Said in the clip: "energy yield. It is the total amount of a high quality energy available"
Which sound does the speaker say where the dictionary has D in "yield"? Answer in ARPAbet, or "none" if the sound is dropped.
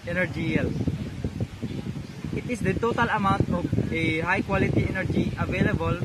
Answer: none